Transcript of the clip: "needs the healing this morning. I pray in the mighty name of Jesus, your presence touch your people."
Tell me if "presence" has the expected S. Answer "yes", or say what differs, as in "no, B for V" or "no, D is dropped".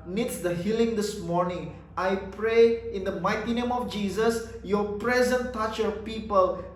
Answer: no, S is dropped